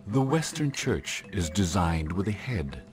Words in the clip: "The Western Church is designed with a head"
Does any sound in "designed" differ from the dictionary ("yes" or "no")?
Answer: no